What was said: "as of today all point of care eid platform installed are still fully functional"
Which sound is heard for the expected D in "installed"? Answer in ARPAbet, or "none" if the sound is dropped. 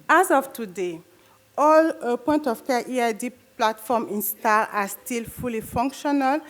none